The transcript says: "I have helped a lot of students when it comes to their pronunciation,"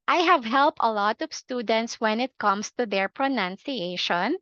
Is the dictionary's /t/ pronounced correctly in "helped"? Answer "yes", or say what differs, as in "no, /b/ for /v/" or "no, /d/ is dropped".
yes